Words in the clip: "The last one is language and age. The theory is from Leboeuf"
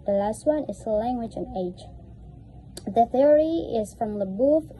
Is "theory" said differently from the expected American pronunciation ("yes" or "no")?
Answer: no